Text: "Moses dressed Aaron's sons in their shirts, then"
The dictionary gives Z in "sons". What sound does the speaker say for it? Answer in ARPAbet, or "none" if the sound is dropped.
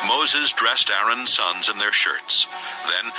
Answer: Z